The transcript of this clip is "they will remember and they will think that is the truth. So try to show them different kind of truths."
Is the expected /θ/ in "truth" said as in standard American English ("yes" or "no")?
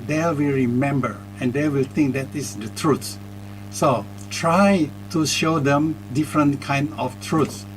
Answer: no